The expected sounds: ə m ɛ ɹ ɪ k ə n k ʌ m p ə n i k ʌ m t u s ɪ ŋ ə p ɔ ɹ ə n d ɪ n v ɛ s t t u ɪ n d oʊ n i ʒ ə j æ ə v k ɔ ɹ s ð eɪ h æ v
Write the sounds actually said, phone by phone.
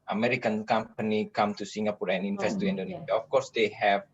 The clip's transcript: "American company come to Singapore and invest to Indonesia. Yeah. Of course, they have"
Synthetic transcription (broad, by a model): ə m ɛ ɹ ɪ k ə n k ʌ m p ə n i k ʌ m t u s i ŋ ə p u ɹ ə n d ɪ n f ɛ s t t u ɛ n d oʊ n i ʃ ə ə f k ɔ ɹ s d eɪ h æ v